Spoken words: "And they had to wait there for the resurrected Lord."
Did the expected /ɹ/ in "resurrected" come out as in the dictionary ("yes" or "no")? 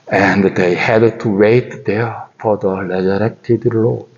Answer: no